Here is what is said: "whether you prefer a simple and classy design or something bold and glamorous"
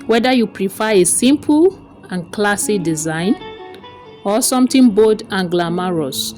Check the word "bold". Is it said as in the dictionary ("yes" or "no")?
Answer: no